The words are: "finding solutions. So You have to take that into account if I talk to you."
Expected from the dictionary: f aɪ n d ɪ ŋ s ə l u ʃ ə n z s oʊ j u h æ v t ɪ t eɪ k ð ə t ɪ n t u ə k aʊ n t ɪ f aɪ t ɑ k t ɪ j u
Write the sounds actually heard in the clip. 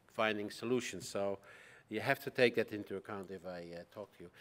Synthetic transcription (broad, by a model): f aɪ n d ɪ ŋ s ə l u ʃ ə n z s oʊ j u h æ f t ɪ t eɪ k ð ə t ɪ n t u ə k aʊ n t ɪ f aɪ t ɑ k t ɪ j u